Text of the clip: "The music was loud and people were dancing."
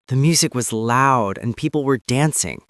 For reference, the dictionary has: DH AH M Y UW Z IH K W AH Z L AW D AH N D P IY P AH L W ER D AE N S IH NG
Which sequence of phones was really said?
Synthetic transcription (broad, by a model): DH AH M Y UW Z IH K W AH Z L AW D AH N P IY P L W ER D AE N S IH NG